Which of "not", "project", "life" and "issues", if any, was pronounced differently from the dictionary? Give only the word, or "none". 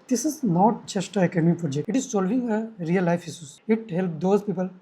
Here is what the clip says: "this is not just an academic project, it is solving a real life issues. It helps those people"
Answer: issues